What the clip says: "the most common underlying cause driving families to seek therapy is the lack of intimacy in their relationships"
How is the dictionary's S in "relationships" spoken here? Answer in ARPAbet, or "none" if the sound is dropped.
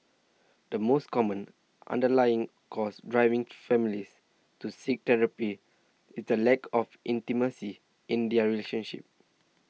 none